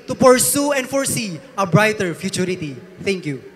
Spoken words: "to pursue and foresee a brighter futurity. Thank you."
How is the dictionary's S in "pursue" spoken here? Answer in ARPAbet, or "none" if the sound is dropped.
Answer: S